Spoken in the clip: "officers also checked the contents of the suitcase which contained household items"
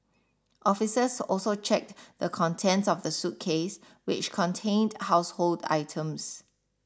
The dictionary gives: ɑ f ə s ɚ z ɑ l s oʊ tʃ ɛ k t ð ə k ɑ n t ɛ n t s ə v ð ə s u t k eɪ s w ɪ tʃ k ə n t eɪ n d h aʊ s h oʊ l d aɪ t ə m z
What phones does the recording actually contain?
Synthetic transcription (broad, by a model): ɑ f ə s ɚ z ɑ l s oʊ tʃ ɛ k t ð ə k ɑ n t ɛ n t s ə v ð ə s u t k eɪ s w ɪ tʃ k ə n t eɪ n d h aʊ s h oʊ l d aɪ t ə m s